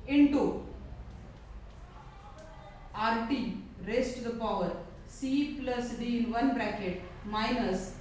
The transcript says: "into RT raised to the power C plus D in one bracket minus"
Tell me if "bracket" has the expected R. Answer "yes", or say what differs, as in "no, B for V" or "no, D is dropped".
yes